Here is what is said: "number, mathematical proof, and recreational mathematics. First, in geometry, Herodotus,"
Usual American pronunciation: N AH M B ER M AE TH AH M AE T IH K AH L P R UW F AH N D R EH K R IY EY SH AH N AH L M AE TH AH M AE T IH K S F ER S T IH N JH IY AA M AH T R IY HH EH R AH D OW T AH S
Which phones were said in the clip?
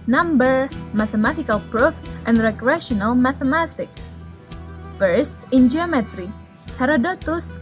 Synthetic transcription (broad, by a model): N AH M B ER M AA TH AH M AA T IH K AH L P R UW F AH N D R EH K R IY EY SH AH N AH L M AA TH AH M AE T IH K S F ER S T IH N JH IY AA M AH T R IY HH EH R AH D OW T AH S